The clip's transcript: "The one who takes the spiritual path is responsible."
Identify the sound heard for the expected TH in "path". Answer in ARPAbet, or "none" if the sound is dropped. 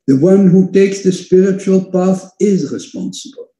TH